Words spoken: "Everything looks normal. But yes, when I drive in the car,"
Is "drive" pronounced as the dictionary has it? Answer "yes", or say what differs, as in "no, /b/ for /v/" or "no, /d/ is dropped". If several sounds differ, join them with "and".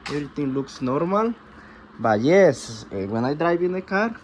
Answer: no, /b/ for /v/